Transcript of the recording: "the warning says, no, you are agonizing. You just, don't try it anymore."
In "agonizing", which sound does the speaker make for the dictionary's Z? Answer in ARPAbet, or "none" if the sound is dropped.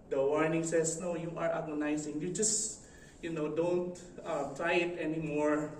S